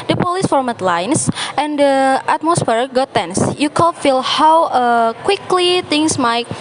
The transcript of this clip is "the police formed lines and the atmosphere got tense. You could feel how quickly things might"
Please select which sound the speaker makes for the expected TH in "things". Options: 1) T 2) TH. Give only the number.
1